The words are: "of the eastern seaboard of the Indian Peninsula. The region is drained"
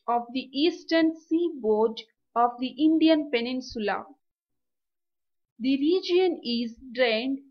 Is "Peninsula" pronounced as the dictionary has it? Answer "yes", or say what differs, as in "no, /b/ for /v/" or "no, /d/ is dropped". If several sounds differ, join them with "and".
yes